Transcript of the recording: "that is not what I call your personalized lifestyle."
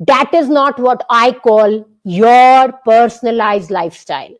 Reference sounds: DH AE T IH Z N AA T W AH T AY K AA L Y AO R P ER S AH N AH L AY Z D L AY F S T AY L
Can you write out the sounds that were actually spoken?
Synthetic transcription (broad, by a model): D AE T IH Z N AA T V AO T AY K AA L Y AO R P ER S AH N AH L AY Z D L AY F S T AY L